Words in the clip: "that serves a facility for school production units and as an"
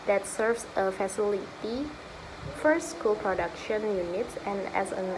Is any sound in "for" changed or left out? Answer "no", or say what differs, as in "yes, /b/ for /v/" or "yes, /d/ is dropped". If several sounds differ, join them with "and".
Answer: no